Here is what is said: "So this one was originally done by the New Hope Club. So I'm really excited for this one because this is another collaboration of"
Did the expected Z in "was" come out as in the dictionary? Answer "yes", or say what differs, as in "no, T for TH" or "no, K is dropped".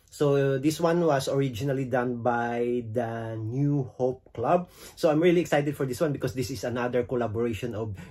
no, S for Z